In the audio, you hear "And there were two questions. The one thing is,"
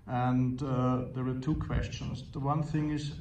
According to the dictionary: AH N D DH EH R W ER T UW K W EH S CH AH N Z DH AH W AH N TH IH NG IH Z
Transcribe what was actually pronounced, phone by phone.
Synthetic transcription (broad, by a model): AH N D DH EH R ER T UW K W EH S CH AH N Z DH AH W AH N TH IH NG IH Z